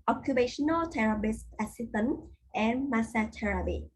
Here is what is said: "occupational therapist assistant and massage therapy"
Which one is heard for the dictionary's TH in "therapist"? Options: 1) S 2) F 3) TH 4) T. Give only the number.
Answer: 4